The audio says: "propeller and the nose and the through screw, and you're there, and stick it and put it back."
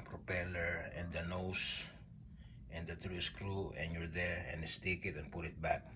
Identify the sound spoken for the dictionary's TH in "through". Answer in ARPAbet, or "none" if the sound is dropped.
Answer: T